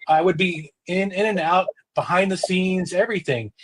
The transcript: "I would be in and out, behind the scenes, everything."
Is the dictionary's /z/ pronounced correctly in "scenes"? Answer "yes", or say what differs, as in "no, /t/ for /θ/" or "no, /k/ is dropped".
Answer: yes